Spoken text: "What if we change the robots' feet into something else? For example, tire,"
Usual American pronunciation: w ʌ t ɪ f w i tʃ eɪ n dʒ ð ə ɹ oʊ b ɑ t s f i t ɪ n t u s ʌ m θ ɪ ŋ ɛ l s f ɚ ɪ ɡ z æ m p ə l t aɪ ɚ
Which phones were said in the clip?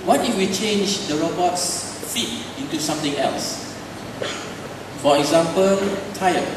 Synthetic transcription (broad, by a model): w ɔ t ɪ w i tʃ eɪ n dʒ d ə ɹ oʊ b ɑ t s f i t ɪ n t u s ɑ m t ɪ ŋ ɛ l s f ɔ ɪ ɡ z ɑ m p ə l t aɪ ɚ